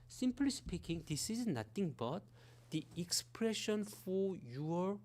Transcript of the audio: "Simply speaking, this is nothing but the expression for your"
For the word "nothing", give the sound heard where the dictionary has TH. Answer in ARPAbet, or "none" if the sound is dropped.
T